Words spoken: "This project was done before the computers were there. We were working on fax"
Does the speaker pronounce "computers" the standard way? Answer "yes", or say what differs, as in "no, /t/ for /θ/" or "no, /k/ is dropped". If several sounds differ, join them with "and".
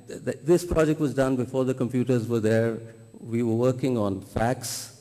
yes